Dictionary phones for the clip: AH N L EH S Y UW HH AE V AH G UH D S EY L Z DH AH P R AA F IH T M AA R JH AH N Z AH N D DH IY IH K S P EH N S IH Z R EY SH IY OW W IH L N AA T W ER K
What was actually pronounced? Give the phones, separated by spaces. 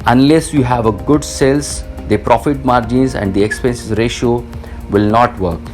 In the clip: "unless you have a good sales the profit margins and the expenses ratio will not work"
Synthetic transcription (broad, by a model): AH N L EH S Y UW HH AE V AH G UH D S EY L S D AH P R AA F IH T M AA R JH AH N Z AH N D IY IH K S P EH N S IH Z R EY SH IY OW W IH L N AA T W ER K